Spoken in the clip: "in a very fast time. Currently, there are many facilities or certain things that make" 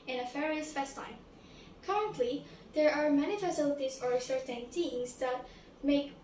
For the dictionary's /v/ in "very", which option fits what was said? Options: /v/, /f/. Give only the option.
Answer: /f/